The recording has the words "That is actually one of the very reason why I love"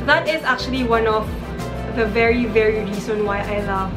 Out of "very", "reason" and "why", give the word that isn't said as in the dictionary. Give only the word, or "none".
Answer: reason